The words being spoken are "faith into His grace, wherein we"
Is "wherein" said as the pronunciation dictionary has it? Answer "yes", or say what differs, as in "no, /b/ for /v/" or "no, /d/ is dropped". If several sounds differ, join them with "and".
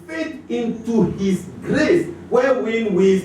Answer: no, /w/ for /ɹ/